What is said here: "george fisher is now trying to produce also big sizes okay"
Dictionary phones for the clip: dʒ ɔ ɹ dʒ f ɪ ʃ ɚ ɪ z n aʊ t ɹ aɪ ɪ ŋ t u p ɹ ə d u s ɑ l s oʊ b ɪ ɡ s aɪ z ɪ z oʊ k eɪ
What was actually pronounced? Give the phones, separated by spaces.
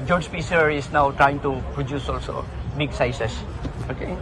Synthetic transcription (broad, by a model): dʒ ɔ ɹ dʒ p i s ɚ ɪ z n aʊ t ɹ aɪ ɪ ŋ t u p ɹ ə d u s ɑ l s oʊ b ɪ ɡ s aɪ s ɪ s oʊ k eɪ